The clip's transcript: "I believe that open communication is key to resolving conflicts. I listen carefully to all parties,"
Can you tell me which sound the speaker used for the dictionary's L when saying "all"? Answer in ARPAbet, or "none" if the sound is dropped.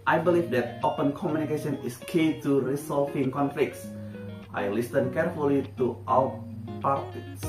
W